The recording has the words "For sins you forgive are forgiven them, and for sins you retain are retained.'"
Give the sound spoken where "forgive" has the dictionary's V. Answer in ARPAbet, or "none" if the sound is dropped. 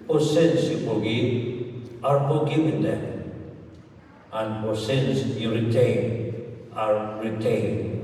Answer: none